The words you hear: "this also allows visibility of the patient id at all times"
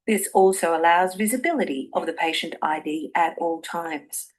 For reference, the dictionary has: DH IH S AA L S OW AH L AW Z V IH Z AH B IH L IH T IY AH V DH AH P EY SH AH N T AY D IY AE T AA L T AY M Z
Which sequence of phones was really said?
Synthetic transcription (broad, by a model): DH IH S AA L S OW AH L AW Z V IH Z AH B IH L IH T IY AH V DH AH P EY SH AH N T AY D IY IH T AA L T AY M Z